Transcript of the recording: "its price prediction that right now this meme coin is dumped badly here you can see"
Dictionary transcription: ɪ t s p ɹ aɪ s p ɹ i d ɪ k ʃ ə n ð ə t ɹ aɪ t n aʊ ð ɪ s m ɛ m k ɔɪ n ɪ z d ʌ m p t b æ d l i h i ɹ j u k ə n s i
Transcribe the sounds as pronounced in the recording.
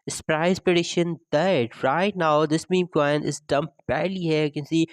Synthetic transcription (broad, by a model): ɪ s p ɹ aɪ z p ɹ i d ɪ ʃ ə n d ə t ɹ aɪ t n aʊ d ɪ s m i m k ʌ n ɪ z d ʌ m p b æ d l i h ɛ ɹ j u k ə n s i